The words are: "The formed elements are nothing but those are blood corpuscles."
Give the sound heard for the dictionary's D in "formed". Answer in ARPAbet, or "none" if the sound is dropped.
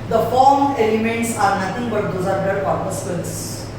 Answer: none